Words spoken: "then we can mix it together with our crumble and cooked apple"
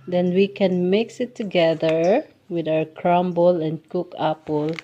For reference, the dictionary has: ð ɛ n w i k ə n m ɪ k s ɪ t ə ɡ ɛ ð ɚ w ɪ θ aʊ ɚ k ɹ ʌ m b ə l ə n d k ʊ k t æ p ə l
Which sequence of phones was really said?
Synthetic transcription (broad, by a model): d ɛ n w i k ə n m ɪ k s ɪ t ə ɡ ɛ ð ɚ w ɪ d aʊ ɚ k ɹ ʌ m b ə l ə n d k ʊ k æ p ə l